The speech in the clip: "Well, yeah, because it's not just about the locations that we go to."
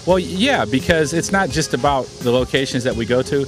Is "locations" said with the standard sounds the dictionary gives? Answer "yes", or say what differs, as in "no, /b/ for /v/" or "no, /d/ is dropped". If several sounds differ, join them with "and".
yes